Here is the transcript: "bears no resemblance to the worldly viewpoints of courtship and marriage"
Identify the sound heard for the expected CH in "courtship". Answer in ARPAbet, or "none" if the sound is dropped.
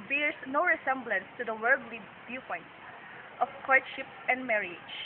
SH